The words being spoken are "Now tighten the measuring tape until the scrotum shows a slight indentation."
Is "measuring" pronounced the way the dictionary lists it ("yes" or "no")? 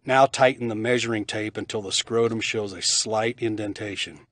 yes